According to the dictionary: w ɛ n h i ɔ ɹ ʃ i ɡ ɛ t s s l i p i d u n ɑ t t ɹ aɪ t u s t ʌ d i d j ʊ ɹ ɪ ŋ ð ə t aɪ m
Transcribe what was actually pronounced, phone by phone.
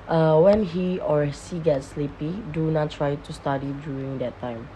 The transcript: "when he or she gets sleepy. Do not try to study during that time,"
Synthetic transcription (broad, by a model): w ɛ n h i ɔ ɹ s i ɡ ɛ t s s l i p i d u n ɑ t t ɹ aɪ t u s t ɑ d i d j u ɹ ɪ ŋ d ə t aɪ m